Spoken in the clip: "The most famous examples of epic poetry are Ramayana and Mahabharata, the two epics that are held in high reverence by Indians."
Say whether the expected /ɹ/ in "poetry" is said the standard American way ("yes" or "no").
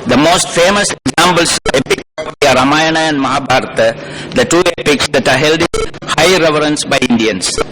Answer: no